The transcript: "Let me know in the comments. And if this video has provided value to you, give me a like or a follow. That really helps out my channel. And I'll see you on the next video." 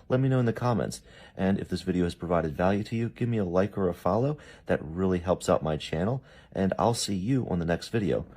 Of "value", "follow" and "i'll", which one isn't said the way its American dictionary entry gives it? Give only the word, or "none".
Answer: none